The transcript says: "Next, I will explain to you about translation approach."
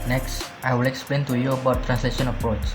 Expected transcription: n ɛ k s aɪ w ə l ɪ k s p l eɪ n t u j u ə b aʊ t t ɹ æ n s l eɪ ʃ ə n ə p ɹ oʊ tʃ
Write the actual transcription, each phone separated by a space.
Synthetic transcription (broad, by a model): n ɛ k s aɪ w ə l ɪ k s p l eɪ n t u j u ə b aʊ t t ɹ æ n s l eɪ ʃ ə n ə p ɹ oʊ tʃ